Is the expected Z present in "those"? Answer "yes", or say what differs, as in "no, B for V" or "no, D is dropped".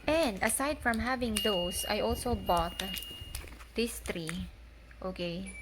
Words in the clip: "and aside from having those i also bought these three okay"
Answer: no, S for Z